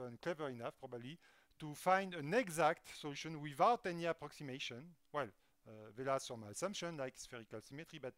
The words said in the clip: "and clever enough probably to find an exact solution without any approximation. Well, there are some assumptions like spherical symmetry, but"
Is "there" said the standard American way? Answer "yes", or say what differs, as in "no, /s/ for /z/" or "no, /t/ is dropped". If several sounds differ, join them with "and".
no, /l/ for /ɹ/